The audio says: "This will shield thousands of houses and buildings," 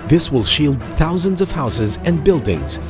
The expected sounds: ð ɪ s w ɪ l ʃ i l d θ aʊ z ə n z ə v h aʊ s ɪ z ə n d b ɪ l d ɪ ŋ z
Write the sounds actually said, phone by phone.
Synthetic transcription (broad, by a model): ð ɪ s w ɪ l ʃ i l d θ aʊ z ə n z ə v h aʊ s ɪ z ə n b ɪ l d ɪ ŋ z